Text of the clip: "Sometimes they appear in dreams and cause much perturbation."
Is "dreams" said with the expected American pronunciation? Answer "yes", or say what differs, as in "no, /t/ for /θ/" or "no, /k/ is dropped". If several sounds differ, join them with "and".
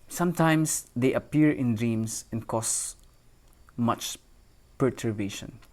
no, /s/ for /z/